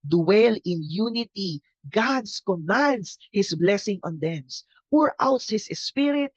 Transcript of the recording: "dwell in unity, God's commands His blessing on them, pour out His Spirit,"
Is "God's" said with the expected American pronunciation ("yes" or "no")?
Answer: no